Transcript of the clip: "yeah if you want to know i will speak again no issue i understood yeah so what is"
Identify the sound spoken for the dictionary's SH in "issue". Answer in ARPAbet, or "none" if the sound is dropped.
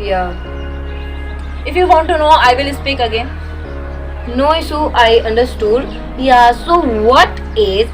S